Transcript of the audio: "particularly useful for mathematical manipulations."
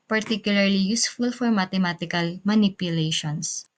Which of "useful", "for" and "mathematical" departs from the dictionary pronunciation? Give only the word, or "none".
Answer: mathematical